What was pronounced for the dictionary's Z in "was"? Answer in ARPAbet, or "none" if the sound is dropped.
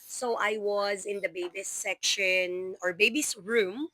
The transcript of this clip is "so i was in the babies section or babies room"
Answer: Z